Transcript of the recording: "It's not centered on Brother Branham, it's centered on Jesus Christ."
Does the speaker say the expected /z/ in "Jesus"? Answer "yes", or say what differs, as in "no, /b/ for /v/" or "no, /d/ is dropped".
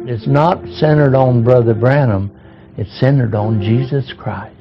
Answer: yes